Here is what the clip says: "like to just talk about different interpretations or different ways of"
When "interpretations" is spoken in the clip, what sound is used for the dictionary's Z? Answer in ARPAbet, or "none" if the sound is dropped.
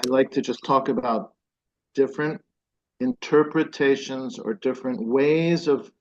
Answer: Z